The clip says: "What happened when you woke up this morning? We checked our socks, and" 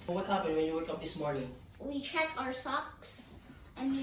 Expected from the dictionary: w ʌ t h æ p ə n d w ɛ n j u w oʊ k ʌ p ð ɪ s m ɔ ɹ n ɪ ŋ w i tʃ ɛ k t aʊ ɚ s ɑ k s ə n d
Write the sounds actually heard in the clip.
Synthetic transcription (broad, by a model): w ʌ t h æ p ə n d w ɛ n j u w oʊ k ʌ p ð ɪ s m ɔ ɹ n ɪ ŋ w i tʃ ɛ k aʊ ɚ s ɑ k s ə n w